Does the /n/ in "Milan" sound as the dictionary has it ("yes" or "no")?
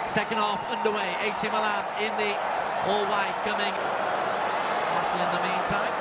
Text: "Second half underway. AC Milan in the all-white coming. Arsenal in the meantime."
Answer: no